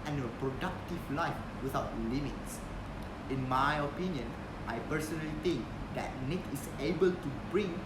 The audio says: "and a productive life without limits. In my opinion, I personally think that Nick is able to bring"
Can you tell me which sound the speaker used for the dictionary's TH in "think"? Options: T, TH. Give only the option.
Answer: T